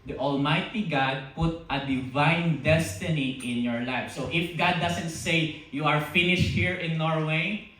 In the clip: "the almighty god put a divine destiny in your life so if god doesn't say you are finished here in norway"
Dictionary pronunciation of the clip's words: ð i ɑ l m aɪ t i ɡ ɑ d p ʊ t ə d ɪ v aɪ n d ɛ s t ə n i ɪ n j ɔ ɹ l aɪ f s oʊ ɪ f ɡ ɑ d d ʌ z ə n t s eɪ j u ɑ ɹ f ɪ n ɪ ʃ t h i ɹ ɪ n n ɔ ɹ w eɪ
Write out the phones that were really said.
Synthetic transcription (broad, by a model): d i ɑ l m aɪ t i ɡ ɑ d p ʊ t ə d ɪ v aɪ n d ɛ s t ə n i ɪ n j ɔ ɹ l aɪ f s oʊ ɪ f ɡ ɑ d d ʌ s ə n t s eɪ j u ɑ ɹ f ɪ n ɪ ʃ t h i ɹ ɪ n n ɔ ɹ w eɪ